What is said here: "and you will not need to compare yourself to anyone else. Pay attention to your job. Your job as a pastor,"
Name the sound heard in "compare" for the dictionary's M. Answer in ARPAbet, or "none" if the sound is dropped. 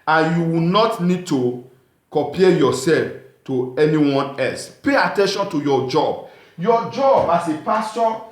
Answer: none